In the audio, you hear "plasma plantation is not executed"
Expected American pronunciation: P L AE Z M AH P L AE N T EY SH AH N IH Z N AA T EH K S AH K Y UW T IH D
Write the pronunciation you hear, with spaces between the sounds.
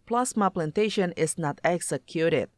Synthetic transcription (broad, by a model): P L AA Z M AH P L AE N T EY SH AH N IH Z N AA T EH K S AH K Y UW T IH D